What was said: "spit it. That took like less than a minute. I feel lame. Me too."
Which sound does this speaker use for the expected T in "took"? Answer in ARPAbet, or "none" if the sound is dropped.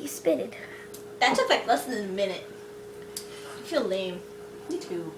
S